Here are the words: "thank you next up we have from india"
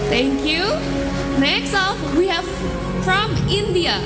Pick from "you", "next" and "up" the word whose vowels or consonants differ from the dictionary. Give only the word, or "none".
up